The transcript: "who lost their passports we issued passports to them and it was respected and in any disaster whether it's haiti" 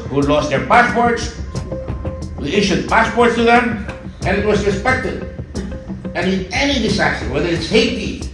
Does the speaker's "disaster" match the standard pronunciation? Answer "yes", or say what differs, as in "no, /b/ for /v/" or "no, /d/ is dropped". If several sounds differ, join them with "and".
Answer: no, /s/ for /z/